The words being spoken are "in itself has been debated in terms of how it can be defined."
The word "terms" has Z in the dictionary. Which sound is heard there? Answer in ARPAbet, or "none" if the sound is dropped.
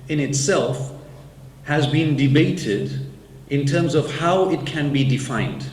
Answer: Z